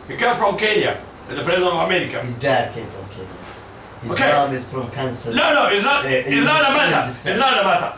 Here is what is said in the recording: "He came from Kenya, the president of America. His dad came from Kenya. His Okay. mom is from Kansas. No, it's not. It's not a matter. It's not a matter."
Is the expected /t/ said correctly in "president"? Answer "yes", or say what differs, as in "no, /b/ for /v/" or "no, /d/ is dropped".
no, /t/ is dropped